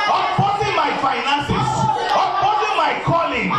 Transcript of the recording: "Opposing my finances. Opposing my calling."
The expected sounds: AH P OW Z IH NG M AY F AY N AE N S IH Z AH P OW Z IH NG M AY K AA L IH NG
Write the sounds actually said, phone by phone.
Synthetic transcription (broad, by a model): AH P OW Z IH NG M AY F AY N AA N S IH S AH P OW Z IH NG M AY K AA L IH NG